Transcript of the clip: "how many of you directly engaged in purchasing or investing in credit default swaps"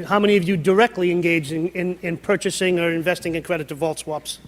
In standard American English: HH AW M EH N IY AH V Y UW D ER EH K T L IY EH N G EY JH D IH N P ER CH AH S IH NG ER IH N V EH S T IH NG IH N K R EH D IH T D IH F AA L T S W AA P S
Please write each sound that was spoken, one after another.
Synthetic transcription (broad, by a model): HH AW M EH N IY AH V Y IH D ER EH K T L IY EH N G EY JH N IH N P ER CH AH S IH NG ER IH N V EH S T IH NG IH N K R EH D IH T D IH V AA L T S W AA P S